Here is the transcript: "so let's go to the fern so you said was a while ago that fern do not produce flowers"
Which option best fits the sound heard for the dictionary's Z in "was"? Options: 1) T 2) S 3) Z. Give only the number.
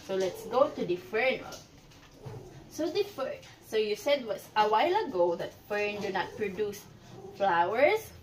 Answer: 2